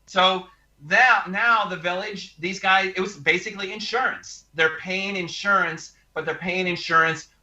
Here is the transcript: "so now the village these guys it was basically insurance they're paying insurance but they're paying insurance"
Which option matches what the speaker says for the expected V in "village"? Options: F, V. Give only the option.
V